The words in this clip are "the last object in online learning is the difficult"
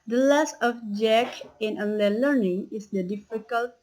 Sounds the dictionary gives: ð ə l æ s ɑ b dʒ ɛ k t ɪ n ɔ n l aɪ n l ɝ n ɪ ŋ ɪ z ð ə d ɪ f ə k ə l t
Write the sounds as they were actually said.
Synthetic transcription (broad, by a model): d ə l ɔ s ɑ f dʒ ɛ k ɪ n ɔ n l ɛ l ɝ n ɪ ŋ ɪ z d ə d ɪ f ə k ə l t